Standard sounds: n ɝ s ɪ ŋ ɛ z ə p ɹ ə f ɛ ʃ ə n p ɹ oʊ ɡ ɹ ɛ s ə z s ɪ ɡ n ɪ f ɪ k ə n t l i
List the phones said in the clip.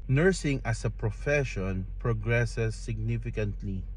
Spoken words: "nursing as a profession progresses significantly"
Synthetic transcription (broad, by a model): n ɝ s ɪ ŋ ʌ s ə p ɹ ə f ɛ ʃ ə n p ɹ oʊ ɡ ɹ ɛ s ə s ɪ ɡ n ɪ f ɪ k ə n t l i